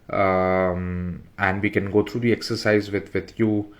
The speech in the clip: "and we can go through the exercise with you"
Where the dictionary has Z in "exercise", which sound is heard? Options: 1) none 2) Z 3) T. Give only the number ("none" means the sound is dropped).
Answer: 2